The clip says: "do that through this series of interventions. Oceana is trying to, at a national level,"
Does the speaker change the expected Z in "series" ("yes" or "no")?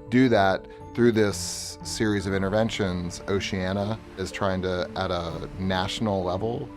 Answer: no